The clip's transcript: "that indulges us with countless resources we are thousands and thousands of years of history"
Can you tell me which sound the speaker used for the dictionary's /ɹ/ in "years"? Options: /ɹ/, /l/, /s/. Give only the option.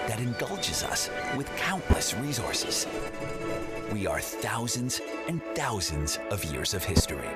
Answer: /ɹ/